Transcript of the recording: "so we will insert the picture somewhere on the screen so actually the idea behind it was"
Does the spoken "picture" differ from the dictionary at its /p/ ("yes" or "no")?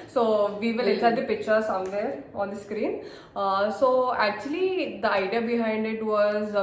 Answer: no